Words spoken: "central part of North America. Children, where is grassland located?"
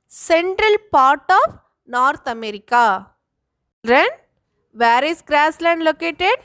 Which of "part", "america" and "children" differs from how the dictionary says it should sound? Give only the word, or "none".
children